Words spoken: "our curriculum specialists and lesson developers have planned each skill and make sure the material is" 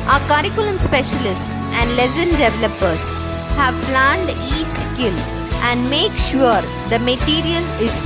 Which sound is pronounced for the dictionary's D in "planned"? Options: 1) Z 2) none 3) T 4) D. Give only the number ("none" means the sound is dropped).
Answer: 4